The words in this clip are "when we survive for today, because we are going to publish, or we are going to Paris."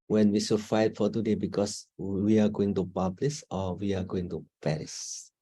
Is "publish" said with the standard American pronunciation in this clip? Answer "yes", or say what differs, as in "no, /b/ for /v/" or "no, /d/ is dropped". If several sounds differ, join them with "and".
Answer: no, /s/ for /ʃ/